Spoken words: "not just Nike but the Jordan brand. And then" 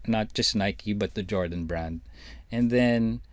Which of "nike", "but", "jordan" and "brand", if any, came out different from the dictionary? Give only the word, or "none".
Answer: none